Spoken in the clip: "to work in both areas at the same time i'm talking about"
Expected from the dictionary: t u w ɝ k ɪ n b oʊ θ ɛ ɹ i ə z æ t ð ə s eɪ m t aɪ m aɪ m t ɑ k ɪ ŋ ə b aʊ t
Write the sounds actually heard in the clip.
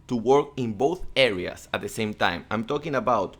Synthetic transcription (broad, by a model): t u w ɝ k ɪ n b oʊ θ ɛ ɹ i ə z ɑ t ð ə s eɪ m t aɪ m aɪ m t ɑ k ɪ ŋ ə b aʊ t